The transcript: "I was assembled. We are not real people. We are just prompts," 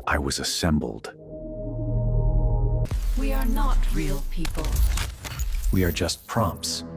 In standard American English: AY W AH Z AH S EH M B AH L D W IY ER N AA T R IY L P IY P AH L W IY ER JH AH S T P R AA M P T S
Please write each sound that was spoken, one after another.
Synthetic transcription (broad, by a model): AY W AH Z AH S EH M B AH L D W IY ER N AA T R IY L P IY P AH L W IY ER JH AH S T P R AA M P T S